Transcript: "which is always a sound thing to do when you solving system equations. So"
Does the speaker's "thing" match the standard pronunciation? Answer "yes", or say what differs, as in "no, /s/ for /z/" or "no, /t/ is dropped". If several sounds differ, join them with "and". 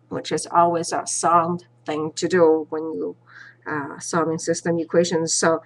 yes